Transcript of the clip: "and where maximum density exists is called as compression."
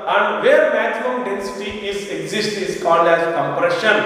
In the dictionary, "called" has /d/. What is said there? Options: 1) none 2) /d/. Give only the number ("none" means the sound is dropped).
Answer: 2